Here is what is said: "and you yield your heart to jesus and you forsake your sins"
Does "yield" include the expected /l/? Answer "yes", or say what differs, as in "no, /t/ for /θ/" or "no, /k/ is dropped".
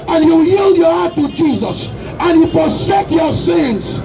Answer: yes